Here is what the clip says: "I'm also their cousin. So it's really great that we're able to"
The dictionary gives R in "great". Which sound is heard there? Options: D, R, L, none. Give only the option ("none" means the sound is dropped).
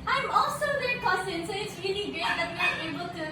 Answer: none